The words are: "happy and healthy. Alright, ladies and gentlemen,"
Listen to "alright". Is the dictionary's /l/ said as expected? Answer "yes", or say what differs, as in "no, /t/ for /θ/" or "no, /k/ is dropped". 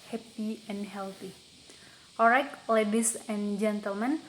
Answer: no, /l/ is dropped